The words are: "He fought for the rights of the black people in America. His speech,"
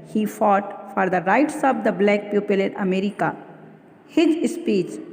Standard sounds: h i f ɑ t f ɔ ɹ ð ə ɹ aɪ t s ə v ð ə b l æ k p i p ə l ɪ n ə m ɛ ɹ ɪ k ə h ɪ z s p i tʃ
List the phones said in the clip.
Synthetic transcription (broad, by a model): h i f ɑ t f ɔ ɹ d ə ɹ aɪ t s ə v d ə b l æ k p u p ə l ɪ n ə m ɛ ɹ ɪ k ə h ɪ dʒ s p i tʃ